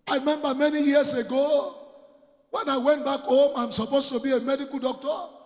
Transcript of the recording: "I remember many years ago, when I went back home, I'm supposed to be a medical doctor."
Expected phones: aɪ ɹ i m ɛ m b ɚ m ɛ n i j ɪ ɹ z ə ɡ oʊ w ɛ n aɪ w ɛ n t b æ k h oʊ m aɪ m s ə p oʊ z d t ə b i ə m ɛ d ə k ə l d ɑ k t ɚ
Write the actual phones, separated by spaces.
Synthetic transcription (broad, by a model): aɪ ɹ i m ɛ m b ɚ m ɛ n i j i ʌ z ə ɡ oʊ w ɛ n aɪ w ɛ n t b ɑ k h oʊ m aɪ m s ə p oʊ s t ə b i ə m ɛ d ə k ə l d ɑ k t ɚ